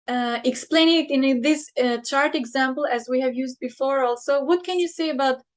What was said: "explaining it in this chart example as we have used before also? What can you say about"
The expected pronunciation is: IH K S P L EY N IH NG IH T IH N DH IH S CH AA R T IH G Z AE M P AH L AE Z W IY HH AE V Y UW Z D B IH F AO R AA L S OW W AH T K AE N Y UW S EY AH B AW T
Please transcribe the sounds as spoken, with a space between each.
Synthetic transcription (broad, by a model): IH K S P L EY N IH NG IH T IH N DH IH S CH AA R T IH G Z AE M P AH L AE Z W IY HH AE V Y UW Z D B IH F AO R AA L S OW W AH T K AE N Y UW S EY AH B AW T